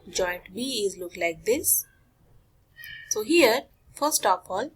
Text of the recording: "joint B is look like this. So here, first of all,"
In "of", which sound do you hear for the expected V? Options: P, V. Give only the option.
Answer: P